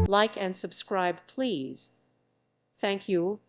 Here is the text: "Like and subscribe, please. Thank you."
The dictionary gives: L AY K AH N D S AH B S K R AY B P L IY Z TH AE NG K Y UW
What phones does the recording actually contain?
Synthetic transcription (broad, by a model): L AY K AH N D S AH B S K R AY B P L IY Z TH AE NG K Y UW